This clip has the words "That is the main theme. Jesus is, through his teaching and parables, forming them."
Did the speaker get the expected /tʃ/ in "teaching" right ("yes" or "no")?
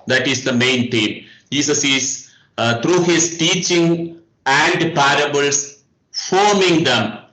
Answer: yes